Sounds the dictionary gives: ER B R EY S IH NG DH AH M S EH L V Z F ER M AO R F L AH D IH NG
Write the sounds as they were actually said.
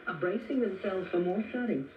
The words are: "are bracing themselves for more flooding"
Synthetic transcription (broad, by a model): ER B R EY S IH NG DH AH M S EH L V Z F ER M AO R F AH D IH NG